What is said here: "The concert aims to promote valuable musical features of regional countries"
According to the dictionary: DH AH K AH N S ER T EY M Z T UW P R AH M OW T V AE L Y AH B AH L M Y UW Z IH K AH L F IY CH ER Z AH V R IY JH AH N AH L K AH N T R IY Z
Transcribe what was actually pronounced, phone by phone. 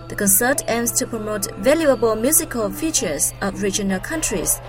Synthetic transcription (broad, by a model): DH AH K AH N S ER T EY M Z T UW P R AH M OW T V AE L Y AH B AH L M Y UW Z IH K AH L F IY CH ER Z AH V R IY JH AH N AH L K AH N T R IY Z